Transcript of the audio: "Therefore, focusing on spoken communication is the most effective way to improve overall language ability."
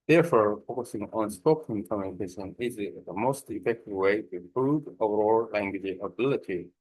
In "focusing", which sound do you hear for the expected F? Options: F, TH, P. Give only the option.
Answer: F